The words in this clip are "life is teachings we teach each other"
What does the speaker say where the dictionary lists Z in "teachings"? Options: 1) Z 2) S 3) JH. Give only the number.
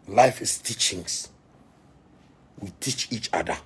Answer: 2